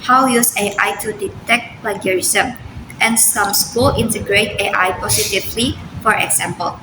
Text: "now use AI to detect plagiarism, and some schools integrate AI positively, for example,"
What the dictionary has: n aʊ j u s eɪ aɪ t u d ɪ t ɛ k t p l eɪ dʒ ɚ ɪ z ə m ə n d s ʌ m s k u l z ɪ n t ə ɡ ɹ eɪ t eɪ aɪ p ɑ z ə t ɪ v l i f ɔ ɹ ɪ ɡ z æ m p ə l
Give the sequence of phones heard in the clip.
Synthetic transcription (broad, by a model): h aʊ j u s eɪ aɪ t u d ɪ t ɛ k t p l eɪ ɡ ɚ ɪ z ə m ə n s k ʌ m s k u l ɪ n t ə ɡ ɹ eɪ t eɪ aɪ p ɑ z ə t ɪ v l i f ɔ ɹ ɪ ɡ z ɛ m p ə l